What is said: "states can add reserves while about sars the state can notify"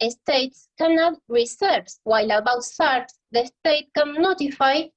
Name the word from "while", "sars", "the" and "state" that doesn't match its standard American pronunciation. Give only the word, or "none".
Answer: sars